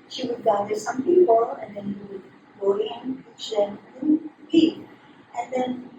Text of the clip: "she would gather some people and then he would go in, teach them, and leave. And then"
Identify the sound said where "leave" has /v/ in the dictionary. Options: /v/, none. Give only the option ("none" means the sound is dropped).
none